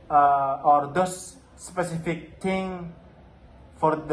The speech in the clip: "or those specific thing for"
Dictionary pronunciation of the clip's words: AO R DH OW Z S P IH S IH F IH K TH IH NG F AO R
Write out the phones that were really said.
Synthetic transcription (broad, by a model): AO R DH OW S P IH S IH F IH K T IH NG F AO R